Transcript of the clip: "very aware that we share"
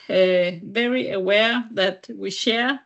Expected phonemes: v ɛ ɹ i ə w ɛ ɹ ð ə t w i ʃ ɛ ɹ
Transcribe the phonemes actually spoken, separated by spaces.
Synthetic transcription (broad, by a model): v ɛ ɹ i ə w ɛ ɹ ð ə t w i ʃ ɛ ɹ